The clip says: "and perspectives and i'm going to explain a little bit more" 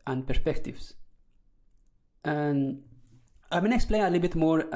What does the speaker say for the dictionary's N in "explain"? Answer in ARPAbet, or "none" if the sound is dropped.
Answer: none